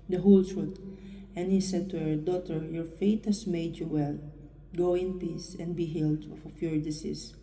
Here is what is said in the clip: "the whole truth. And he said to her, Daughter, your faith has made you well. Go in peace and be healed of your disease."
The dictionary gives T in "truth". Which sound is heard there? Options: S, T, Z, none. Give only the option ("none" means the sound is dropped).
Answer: S